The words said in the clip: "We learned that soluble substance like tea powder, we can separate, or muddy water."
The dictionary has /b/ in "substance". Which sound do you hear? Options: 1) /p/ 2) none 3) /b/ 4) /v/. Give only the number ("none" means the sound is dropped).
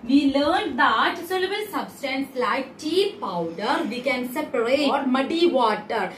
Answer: 3